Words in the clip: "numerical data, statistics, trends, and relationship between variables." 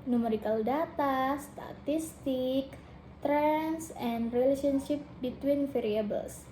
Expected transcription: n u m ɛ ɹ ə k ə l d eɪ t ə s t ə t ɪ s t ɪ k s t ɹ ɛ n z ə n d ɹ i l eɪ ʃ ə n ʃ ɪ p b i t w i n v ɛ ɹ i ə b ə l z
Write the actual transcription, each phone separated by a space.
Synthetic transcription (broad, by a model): n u m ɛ ɹ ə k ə l d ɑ t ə s t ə t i s t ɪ k t ɹ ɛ n s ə n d ɹ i l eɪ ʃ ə n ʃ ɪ p b i t w i n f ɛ ɹ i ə b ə l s